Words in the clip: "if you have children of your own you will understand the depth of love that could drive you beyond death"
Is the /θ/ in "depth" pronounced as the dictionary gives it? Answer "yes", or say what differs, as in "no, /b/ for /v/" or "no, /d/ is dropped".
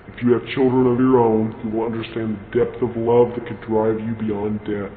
yes